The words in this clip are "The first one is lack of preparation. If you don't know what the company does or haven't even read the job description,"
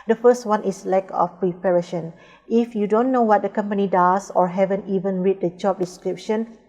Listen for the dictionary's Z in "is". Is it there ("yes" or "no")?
no